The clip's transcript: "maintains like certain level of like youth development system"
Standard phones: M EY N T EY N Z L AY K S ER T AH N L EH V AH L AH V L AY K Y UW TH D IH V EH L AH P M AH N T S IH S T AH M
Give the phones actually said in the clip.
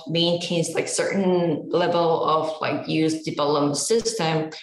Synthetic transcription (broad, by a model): M EY N T EY N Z L AY K S ER T N L EH V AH L AH V L AY K Y UW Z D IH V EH L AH M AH S IH S T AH M